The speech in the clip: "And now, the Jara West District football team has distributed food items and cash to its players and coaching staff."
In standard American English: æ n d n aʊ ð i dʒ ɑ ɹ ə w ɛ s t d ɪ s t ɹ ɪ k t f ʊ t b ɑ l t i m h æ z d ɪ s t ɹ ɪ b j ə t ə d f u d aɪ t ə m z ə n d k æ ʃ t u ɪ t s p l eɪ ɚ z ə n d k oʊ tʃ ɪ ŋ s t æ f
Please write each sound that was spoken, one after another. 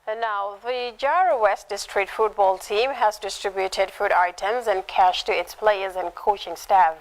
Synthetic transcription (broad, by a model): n n aʊ ð i dʒ ɑ ɹ ə w ɛ s t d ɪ s t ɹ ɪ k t f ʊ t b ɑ l t i m h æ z d ɪ s t ɹ ɪ b j ə t ə d f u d aɪ t ə m z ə n k æ ʃ t u ɪ t s p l eɪ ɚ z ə n k oʊ tʃ ɪ ŋ s t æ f